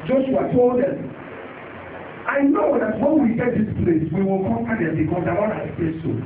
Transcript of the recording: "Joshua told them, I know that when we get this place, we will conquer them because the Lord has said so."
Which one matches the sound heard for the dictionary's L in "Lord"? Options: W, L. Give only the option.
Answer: W